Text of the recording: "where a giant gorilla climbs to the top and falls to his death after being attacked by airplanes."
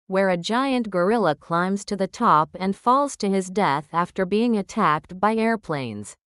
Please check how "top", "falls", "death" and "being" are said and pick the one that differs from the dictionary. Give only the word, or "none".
none